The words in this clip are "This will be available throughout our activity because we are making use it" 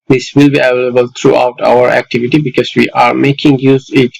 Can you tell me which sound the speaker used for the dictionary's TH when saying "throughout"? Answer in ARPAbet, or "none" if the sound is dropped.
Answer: T